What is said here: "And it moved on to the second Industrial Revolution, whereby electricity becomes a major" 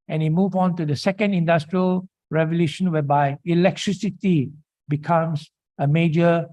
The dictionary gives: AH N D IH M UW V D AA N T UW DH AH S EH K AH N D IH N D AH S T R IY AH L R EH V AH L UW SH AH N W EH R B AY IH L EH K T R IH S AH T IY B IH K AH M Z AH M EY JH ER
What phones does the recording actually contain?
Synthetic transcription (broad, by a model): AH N IH M UW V AA N T UW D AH S EH K AH N D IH N D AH S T R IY AH L R EH V AH L UW SH AH N W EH B AY IH L EH K T R IH S AH T IY B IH K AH M S AH M EY JH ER